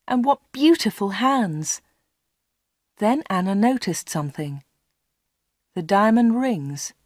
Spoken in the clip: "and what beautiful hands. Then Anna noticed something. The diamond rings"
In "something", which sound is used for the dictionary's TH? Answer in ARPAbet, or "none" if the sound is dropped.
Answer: TH